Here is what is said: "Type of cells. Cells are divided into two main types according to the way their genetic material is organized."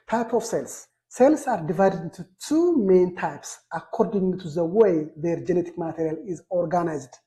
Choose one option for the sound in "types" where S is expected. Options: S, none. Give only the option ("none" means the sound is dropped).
S